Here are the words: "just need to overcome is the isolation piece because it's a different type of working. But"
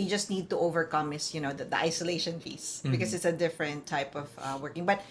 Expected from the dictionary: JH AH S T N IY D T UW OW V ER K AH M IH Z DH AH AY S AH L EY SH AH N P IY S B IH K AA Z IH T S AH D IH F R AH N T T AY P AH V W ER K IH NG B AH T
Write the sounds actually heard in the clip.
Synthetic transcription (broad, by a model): JH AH S T N IY D T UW OW V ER K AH M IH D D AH AY S AH L EY SH AH N F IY S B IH K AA S IH T S AH D IH F R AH N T T AY P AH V W ER K IH NG B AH T